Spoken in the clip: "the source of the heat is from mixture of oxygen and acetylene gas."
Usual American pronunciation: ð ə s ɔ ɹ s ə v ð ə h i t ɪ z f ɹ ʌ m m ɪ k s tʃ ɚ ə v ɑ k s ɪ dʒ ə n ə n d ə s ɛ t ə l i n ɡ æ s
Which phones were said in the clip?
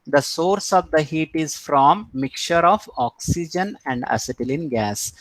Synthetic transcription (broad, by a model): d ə s ɔ ɹ s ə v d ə h i t ɪ z f ɹ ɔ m m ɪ k tʃ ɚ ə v ɑ k s ɪ dʒ ə n ə n d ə s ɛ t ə l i n ɡ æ s